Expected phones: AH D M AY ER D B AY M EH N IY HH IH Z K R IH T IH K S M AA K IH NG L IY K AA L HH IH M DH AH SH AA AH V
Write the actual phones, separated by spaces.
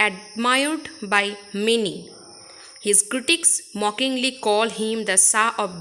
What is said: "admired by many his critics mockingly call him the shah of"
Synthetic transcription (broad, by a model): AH D M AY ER D B AY M EH N IY HH IH Z K R IH T IH K S M AA K IH NG L IY K AA L HH IH M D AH S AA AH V